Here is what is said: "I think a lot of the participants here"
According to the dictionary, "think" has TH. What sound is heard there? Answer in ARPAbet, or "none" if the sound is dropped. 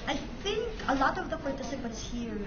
TH